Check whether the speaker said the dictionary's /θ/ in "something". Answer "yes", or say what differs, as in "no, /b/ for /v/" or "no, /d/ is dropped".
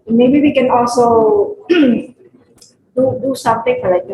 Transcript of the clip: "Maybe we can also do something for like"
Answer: no, /t/ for /θ/